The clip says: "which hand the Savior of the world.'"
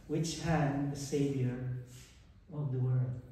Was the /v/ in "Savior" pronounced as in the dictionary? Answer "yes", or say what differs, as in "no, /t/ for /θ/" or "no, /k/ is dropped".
yes